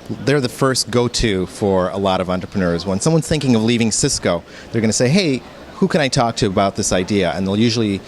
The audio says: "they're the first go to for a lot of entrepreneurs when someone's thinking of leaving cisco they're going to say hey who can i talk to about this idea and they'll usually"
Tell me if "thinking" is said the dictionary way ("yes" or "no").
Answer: yes